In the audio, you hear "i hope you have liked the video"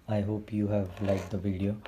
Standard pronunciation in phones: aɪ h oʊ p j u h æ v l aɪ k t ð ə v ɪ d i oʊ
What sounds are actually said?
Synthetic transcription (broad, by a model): aɪ h oʊ p j u h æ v l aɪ t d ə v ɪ d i oʊ